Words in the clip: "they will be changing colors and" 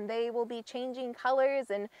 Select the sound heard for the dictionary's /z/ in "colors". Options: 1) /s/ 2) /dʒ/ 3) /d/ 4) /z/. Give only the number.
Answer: 4